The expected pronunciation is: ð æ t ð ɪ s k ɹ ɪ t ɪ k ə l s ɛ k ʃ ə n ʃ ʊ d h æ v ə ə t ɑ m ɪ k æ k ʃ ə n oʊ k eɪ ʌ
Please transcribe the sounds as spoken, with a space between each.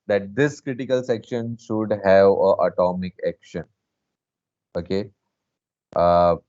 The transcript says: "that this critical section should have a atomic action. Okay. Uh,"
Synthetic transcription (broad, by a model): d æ t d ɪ s k ɹ ɪ t ɪ k ə l s ɛ k ʃ ə n ʃ ʊ d h æ v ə ə t ɑ m ɪ k æ k ʃ ə n oʊ k eɪ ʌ